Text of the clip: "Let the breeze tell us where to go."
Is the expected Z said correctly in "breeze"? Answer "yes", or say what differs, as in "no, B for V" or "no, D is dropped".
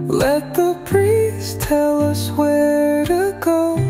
no, S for Z